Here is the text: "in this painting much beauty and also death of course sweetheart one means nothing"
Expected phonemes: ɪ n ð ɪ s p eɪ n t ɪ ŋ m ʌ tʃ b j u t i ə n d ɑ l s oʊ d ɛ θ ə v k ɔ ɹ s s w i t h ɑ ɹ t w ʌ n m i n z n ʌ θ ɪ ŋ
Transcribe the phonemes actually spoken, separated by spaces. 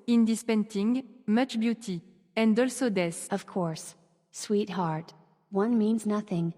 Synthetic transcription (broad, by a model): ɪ n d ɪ s p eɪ n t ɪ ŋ m ʌ tʃ b j u t i ə n d ɑ l s oʊ d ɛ s ə v k ɔ ɹ s s w i t h ɑ ɹ t w ʌ n m i n z n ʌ θ ɪ ŋ